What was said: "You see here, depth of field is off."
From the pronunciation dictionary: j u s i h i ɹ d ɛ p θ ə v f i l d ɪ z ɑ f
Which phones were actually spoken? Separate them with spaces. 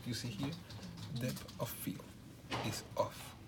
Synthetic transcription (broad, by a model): j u s i h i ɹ d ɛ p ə f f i l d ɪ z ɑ f